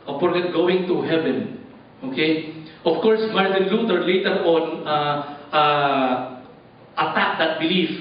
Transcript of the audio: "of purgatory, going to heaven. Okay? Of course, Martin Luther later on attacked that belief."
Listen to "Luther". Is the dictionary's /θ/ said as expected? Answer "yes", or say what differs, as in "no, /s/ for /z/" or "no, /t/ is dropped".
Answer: no, /t/ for /θ/